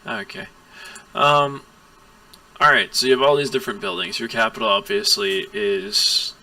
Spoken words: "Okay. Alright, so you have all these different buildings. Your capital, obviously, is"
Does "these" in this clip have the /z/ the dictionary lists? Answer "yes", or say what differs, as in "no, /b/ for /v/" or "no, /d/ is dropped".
yes